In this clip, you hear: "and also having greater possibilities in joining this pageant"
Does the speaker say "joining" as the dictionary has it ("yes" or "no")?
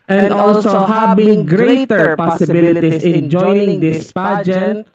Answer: no